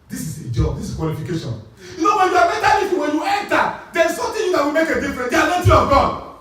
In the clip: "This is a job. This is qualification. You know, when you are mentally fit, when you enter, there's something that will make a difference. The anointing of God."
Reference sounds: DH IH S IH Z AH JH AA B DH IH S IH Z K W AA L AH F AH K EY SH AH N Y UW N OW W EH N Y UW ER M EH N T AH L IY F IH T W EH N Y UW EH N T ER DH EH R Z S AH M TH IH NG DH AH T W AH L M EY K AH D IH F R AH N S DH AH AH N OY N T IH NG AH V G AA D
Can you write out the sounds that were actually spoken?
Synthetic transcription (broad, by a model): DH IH S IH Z AH JH AA B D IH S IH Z K W AA L AH F AH K EY SH AH N Y UW N OW W EH N Y UW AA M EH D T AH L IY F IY W EH N Y UW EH N T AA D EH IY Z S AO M T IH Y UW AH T W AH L M EY K AH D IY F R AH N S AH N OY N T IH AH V G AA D